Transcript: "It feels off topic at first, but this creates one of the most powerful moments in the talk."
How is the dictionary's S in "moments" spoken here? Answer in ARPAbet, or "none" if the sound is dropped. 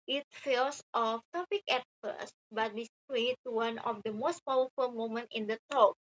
none